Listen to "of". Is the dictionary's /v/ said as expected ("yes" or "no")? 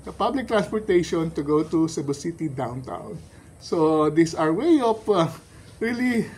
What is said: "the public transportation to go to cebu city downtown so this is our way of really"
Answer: no